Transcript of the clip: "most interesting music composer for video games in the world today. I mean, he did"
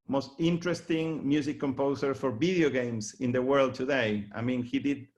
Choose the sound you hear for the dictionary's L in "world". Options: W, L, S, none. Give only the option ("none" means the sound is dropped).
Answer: L